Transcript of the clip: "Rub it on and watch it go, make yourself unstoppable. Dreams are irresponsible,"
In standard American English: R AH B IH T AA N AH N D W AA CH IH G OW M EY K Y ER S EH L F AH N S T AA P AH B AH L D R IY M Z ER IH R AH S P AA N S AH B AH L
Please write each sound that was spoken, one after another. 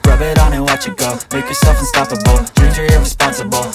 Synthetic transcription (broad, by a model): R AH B IH T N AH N W AA CH IH G OW M EY K Y ER S EH L F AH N S T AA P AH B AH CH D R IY Z ER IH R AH S P AA N S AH B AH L